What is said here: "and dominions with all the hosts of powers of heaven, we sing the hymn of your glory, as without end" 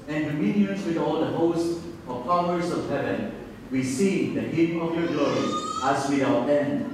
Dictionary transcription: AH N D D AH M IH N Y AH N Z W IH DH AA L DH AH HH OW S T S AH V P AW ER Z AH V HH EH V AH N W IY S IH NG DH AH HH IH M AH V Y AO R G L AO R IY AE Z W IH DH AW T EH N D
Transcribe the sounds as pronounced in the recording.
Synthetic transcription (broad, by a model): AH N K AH M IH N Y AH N S W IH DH AA L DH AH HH OW S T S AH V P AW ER S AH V HH EH V AH N W IY S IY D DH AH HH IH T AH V Y AO R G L AO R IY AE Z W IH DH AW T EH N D